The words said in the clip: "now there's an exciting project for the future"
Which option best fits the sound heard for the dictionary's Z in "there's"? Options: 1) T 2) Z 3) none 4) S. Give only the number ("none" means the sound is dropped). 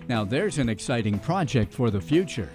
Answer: 2